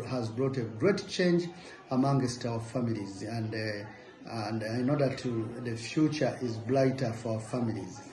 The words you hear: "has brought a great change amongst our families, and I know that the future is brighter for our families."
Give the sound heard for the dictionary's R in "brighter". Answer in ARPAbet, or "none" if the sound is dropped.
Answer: L